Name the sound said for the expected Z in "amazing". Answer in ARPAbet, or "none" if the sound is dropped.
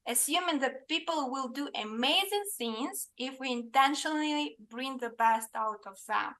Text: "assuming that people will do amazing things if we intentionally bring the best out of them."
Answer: Z